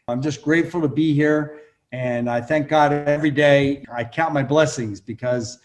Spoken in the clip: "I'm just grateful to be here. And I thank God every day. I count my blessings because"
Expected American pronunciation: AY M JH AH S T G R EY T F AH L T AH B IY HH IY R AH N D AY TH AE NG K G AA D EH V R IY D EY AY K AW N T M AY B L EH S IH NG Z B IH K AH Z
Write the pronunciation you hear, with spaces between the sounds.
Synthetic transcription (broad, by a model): AY M JH AH S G R EY T F L T AH B IY HH IY R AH N AY TH AE NG K G AA D EH V R IY D EY AY K AW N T M AY B L EH S IH NG Z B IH K AH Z